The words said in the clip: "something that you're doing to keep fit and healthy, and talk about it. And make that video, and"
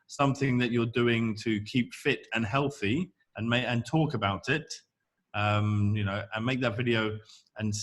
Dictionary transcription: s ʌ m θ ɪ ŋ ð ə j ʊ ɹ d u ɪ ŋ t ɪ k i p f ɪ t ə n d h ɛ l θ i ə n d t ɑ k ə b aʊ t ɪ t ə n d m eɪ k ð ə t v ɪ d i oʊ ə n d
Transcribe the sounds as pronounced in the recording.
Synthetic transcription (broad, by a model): s ʌ m θ ɪ ŋ ð ə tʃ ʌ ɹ d u ɪ ŋ t ɪ k i p f ɪ t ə n h ɛ l θ i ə n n t ɑ k ə b aʊ t ɪ t ə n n m eɪ k ð ə t v ɪ d i oʊ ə n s